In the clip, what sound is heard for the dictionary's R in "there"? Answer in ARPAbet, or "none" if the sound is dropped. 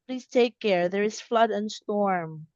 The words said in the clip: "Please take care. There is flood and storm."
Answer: R